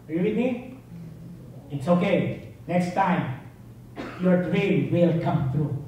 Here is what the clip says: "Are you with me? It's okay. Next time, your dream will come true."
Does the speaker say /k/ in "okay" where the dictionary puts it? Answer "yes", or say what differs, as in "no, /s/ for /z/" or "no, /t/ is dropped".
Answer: yes